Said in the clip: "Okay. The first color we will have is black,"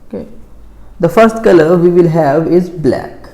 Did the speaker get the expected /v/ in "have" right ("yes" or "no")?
yes